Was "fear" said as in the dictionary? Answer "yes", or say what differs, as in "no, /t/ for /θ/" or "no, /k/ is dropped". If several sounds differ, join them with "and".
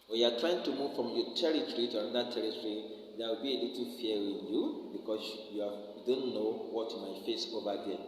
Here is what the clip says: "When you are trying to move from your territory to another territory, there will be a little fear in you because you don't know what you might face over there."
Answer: no, /w/ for /ɹ/